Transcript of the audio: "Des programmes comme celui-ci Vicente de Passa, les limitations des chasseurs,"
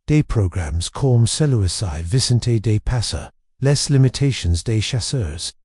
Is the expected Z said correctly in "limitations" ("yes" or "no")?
yes